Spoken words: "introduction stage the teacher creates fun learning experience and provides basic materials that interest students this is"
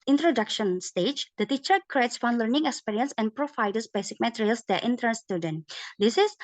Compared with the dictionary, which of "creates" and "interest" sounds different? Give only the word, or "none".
interest